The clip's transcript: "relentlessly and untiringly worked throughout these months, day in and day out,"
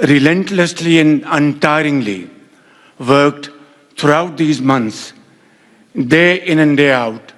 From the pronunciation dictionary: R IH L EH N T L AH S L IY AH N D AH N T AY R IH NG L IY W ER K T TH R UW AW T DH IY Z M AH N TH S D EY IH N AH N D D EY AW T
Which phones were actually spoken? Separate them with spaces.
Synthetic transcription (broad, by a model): R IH L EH N T L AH S L IY AH N D AH N T AY R IH NG L IY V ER K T T R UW AW T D IY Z M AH N T S D EY IH N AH N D D EY AW T